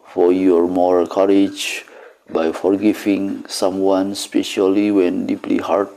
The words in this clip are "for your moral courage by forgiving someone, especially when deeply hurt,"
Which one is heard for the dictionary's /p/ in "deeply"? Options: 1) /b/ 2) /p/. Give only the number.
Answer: 2